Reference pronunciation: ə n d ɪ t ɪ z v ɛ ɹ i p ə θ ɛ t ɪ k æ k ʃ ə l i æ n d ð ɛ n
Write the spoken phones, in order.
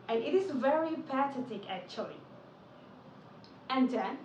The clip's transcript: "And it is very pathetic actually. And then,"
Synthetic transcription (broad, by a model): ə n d ɪ t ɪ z v ɛ ɹ i p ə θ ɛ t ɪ k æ k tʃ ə l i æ n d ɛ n